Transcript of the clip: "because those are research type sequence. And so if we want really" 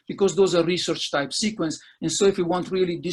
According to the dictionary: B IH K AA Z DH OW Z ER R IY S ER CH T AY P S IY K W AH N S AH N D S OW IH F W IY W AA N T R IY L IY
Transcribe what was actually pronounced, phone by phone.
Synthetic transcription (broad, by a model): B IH K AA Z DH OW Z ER R IY S ER CH T AY P S IY K W AH N S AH N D S OW IH F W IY W AA N T R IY L IY